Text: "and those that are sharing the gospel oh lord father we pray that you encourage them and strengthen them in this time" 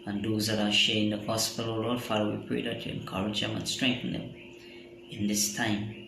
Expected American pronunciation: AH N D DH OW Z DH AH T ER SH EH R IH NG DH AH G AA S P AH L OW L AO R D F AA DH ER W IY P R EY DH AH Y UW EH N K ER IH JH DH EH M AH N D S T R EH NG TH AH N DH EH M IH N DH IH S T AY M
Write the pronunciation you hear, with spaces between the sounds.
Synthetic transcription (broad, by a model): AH N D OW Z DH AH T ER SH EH IH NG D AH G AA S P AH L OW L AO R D F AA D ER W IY P R EY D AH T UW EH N K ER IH JH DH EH M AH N S T R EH NG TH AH N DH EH M IH N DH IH S T AY M